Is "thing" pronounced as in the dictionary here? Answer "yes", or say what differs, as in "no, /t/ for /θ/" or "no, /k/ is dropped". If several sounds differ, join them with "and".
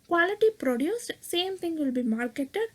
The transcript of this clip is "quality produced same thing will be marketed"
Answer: no, /t/ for /θ/